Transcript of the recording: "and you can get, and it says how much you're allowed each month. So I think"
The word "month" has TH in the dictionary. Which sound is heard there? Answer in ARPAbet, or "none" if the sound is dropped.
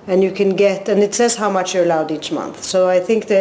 TH